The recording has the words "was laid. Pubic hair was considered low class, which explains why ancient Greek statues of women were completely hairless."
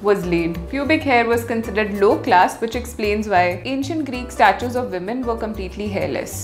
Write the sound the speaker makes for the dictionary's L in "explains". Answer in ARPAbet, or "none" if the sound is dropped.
L